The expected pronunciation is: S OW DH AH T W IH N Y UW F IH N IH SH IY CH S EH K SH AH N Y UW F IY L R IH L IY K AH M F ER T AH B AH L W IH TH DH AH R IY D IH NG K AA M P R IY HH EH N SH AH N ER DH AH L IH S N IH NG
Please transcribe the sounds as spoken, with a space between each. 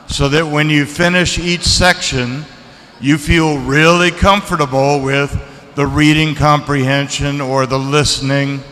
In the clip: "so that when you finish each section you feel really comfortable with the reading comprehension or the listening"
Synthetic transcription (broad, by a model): S OW DH AH T W IH N Y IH F IH N IH SH IY CH S EH K SH AH N Y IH F IY L R IH L IY K AH M F ER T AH B L W IH DH AH R IY D IH NG K AA M P R IY HH EH N SH AH N ER DH AH L IH S N IH NG